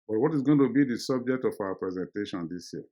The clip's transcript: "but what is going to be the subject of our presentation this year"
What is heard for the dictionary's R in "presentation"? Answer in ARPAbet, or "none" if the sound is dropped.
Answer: R